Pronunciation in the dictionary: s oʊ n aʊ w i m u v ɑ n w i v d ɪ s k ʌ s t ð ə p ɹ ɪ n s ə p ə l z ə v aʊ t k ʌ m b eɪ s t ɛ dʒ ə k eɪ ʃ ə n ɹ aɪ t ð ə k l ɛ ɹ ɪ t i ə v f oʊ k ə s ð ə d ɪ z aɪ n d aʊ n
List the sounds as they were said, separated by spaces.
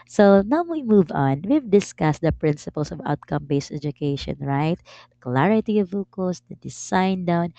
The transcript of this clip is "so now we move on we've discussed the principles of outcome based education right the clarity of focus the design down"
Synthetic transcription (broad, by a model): s oʊ n aʊ w i m u v ɑ n w i v d ɪ s k ʌ s t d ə p ɹ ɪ n s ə p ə l s ə v aʊ t k ʌ m b eɪ s t ɛ dʒ ə k eɪ ʃ ə n ɹ aɪ t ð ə k l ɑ ɹ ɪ t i ə v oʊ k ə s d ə d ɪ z aɪ n d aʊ n